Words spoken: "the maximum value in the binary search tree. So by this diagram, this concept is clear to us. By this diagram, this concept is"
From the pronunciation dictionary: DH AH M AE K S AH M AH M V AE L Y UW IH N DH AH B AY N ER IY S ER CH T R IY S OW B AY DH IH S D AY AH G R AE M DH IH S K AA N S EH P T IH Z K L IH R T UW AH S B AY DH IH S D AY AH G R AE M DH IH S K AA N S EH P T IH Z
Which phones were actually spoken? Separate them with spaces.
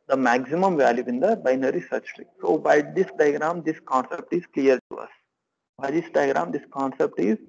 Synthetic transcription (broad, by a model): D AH M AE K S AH M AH M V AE L Y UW IH N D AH B AY N ER IY S ER CH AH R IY S OW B AY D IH S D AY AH G R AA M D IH S K AA N S EH P T IH Z K L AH R T UW AH S B AY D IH S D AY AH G R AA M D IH S K AA N S EH P T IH Z